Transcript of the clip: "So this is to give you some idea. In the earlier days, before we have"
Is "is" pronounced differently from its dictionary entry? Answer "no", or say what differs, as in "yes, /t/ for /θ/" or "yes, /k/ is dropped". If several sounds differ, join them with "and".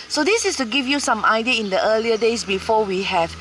yes, /s/ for /z/